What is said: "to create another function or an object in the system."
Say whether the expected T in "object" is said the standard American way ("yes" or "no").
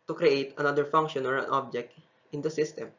yes